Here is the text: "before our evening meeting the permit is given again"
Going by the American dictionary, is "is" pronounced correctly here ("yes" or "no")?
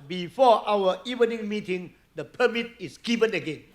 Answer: no